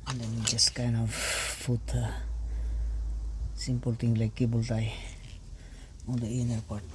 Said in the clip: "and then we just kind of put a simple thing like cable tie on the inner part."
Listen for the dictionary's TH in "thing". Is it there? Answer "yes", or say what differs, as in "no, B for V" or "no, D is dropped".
no, T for TH